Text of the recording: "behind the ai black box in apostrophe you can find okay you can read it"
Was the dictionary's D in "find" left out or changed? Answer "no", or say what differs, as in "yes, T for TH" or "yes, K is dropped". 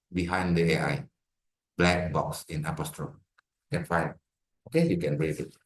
yes, D is dropped